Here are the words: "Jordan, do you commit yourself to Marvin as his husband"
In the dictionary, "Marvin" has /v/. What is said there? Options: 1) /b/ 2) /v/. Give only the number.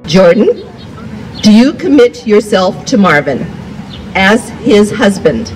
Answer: 2